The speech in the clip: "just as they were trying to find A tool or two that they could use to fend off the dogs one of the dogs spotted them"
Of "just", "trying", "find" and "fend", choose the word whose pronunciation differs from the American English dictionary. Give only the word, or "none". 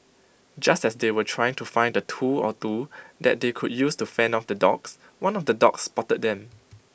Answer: fend